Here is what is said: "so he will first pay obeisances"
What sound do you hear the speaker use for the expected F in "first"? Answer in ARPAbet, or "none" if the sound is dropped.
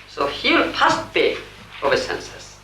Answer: P